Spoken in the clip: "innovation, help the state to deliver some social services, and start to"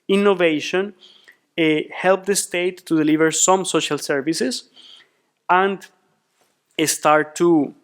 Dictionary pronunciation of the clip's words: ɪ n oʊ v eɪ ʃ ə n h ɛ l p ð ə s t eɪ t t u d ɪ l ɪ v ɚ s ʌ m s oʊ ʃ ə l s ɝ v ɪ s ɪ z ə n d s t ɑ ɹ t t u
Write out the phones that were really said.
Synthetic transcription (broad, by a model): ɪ n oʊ v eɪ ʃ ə n h ɛ l p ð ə s t eɪ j t u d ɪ l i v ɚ s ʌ m s oʊ ʃ ə l s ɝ v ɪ s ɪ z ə n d s t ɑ ɹ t t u